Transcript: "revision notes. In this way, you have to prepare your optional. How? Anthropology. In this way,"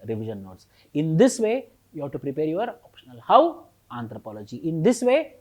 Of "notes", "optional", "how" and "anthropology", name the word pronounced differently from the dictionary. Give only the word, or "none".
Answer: anthropology